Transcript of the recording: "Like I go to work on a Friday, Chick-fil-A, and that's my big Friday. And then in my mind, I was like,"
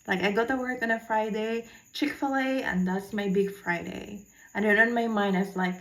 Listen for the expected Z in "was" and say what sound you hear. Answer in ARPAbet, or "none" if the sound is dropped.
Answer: S